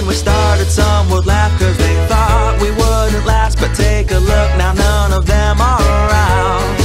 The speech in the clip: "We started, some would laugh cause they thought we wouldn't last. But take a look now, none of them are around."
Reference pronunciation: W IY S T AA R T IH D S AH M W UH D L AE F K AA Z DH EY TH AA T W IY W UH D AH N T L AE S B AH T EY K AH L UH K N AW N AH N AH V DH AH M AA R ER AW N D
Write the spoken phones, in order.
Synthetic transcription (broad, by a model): W IY S T AA R T IH D S AH M W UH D L AE F K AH Z DH EY TH AA T W IY W UH D N T L AE S B AH T EY K AH L UH K N AW N AH N AH V DH AH M AA L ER AW N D